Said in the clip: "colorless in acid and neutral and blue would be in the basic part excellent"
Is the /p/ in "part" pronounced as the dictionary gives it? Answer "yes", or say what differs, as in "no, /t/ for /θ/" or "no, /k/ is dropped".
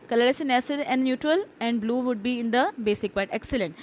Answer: no, /b/ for /p/